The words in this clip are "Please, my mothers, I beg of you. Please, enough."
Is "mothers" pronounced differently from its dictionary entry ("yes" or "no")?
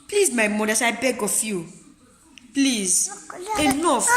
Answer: yes